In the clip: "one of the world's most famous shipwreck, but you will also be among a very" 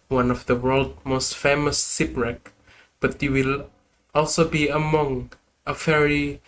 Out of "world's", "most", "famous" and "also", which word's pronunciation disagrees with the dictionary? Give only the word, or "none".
world's